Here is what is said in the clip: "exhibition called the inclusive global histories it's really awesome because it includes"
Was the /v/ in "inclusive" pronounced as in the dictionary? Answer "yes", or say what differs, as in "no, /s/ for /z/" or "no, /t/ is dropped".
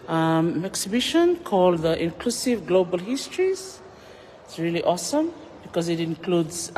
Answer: yes